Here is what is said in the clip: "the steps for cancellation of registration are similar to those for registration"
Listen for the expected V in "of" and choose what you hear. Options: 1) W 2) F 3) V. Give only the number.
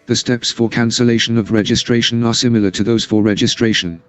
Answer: 3